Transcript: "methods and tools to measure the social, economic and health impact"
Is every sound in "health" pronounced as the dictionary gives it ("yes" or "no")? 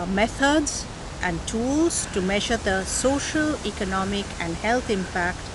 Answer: no